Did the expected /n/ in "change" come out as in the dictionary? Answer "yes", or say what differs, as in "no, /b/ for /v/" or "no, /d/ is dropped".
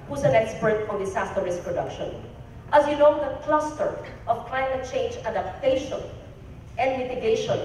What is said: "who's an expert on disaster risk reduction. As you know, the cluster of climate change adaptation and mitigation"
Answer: yes